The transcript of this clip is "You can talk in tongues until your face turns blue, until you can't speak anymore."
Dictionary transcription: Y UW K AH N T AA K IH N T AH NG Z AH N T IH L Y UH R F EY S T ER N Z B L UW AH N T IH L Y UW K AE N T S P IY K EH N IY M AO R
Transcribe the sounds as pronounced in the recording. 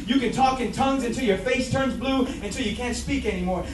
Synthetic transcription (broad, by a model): Y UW K AH N T AA K IH N T AH NG Z AH N T IH L Y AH R F EY S T ER N Z B L UW AH N T IH L Y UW K AE N T S P IY K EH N IY M AO R